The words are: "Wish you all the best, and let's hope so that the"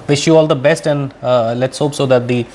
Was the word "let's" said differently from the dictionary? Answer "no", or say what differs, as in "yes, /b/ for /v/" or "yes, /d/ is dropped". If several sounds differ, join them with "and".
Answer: no